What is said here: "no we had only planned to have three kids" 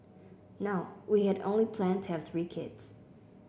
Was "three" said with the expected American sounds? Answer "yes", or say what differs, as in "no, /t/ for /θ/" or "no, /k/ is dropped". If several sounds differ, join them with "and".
yes